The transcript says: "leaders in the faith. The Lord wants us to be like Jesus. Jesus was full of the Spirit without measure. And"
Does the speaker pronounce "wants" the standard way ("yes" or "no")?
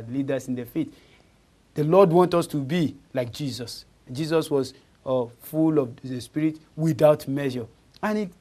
no